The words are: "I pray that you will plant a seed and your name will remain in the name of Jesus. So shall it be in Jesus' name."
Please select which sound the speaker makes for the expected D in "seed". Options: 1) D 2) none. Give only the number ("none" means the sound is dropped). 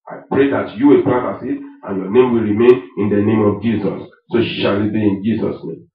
2